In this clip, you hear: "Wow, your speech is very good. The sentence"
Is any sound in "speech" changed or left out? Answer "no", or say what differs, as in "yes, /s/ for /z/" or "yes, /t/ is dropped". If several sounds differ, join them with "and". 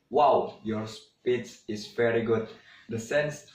yes, /s/ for /tʃ/